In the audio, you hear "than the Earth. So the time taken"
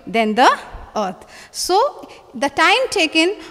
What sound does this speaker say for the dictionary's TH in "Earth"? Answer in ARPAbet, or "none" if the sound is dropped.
T